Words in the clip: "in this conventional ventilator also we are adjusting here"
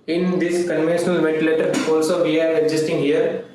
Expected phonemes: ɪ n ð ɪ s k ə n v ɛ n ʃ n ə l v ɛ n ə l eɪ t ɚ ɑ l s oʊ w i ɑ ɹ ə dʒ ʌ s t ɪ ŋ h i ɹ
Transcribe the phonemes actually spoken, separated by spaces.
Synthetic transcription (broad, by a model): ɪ n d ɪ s k ə n v ɛ n ʃ n ə l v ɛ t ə l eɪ t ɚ ɑ l s oʊ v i ɑ ɹ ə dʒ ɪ s t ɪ ŋ h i ɹ